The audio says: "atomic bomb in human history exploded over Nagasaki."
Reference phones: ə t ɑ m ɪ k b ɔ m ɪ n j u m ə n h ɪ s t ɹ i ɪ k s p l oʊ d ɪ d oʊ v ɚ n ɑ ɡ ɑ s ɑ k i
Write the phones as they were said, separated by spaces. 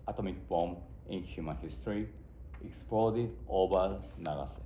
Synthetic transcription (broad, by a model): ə t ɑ m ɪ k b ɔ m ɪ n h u m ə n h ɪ s t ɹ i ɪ k s p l oʊ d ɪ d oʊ b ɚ n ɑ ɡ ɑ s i